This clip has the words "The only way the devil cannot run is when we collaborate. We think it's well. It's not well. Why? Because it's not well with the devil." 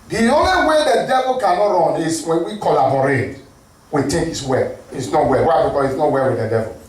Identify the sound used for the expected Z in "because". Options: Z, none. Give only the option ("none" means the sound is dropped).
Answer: none